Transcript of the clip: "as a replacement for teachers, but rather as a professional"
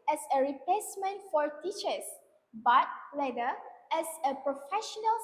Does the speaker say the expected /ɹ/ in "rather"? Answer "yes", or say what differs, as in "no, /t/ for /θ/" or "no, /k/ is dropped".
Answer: no, /l/ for /ɹ/